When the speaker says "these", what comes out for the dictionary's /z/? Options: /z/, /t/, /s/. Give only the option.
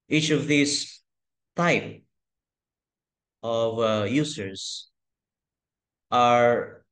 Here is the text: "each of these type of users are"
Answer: /s/